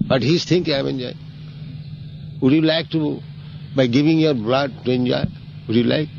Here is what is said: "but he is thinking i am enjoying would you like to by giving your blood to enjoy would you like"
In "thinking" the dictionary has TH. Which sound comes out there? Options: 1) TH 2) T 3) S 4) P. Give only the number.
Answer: 2